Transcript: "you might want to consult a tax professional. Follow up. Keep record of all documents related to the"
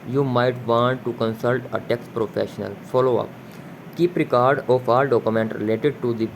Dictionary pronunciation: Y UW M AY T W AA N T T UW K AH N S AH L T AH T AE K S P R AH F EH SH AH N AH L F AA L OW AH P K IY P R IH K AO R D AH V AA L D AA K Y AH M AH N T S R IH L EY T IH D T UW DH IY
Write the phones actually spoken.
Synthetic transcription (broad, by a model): Y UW M AY T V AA N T T UW K AH N S AH L T AH T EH K S P R AH F EH SH AH N AH L F AA L OW AH P K IY P R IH K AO R D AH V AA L D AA K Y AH M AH N T R IH L EY T IH D T UW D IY